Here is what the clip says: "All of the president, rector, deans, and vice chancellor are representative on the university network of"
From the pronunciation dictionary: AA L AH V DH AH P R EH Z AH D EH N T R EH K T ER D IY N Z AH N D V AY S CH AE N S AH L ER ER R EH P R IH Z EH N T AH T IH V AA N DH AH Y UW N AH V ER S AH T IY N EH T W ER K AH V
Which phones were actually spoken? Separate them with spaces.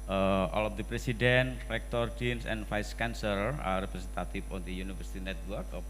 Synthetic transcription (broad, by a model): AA L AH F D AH P R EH S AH D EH N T R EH K T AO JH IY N S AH N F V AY S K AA N S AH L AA R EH P R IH S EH N T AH T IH F AA N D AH Y UW N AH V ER S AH T IY N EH T W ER K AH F